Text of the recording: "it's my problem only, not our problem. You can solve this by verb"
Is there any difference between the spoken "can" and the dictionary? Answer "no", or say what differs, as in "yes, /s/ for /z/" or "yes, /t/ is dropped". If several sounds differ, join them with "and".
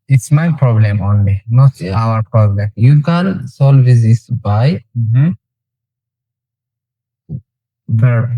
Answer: yes, /l/ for /n/